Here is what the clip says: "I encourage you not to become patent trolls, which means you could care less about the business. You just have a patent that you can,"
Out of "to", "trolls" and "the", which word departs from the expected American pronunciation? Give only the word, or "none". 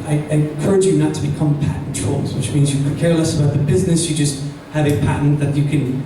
none